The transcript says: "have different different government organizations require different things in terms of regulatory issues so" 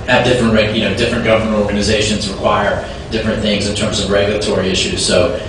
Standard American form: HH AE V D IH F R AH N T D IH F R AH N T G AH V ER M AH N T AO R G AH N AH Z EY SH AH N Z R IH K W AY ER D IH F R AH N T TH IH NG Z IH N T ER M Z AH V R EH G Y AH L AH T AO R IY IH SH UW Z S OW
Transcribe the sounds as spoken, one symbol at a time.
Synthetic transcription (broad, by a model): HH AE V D IH F R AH N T D IH F R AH N G AH V ER M AH N T AO R G AH N AH Z EY SH AH N Z R IH K W AY ER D IH F R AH N TH IH NG Z IH N T ER M Z AH V R EH G Y L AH T AO R IY IH SH UW Z S OW